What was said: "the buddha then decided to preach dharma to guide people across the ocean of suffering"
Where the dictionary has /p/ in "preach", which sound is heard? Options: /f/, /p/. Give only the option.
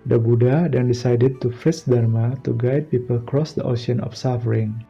/f/